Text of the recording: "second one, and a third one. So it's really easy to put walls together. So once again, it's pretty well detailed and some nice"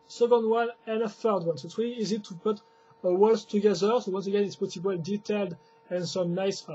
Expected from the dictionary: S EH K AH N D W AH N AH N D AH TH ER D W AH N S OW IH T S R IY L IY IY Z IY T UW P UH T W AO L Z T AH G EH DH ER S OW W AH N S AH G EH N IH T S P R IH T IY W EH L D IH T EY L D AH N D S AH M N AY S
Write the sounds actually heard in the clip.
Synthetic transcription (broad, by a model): S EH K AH N D W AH N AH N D AH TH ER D W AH N S OW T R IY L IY IY Z IY T UW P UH T W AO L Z T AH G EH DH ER S OW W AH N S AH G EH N IH T S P IH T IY W EH L D IH T EY L D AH N S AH M N AY S